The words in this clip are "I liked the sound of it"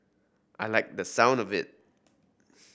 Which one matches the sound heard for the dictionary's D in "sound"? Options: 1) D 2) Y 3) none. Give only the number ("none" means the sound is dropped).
1